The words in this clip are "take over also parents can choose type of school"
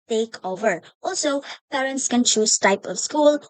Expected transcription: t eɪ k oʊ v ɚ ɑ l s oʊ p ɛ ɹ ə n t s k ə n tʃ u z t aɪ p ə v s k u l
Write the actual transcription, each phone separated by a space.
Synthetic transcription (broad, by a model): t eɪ k oʊ v ɚ ɑ l s oʊ p ɛ ɹ ə n t s k ə n tʃ u s t aɪ p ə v s k u l